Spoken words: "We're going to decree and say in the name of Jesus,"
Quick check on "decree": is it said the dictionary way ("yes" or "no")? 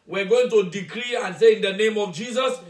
yes